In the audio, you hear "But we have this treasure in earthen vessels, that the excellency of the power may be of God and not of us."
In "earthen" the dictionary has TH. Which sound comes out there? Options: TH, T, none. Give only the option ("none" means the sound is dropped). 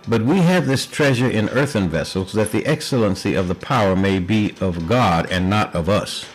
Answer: TH